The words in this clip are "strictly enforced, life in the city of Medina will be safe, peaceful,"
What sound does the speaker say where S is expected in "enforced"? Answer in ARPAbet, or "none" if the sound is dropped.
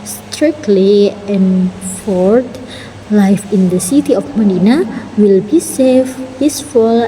none